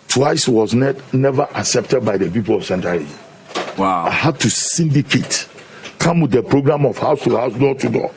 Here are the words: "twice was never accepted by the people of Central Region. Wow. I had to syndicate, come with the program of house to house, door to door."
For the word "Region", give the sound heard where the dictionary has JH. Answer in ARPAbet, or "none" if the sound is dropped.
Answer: Z